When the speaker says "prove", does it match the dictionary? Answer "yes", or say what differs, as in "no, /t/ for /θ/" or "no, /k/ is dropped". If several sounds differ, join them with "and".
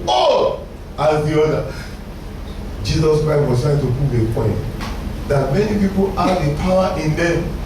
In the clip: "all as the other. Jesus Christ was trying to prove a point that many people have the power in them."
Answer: no, /ɹ/ is dropped